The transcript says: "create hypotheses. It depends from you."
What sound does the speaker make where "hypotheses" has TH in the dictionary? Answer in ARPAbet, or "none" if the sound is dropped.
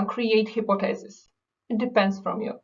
T